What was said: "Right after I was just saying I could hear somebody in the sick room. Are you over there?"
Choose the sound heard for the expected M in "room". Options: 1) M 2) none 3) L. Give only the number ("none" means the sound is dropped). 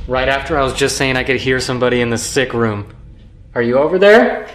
1